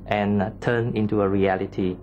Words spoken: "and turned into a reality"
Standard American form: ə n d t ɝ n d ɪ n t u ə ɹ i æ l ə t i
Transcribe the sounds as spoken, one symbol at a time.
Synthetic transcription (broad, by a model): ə n t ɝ n ɪ n t u ə ɹ i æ l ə t i